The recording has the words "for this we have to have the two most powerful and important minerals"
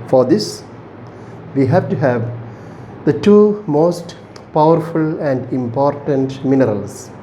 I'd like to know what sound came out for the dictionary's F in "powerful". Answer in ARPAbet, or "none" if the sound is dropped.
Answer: F